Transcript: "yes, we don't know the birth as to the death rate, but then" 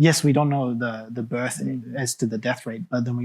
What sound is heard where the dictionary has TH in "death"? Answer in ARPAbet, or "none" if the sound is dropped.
TH